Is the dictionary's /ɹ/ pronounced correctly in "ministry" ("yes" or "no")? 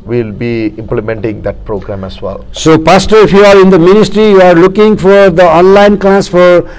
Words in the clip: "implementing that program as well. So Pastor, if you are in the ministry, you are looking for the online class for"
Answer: yes